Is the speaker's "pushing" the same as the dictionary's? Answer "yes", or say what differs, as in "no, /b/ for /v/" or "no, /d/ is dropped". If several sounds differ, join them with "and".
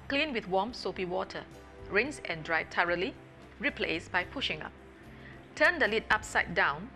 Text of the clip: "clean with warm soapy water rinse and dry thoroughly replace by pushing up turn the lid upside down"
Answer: yes